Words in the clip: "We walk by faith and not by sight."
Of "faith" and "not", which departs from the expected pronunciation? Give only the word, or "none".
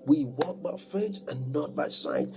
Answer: faith